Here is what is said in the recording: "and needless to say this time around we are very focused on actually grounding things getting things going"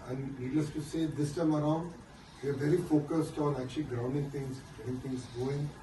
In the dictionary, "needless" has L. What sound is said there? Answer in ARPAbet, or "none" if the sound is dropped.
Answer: none